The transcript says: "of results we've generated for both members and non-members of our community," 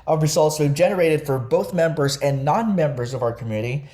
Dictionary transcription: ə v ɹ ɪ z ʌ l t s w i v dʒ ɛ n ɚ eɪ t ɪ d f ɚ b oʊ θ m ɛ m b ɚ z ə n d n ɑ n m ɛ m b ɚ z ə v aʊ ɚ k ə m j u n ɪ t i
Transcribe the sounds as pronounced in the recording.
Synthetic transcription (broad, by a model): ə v ɹ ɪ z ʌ l t s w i dʒ ɛ n ɚ eɪ t ɪ d f ɚ b oʊ θ m ɛ m b ɚ z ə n n ɑ n m ɛ m b ɚ z ə v aʊ ɚ k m j u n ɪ t i